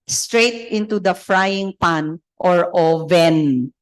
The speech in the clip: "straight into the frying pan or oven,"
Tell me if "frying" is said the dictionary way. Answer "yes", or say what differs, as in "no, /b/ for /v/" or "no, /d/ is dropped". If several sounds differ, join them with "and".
yes